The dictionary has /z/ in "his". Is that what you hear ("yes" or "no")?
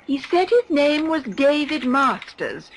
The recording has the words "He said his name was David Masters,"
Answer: yes